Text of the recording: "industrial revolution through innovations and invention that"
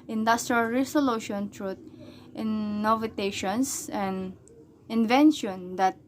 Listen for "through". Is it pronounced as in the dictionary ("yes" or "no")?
no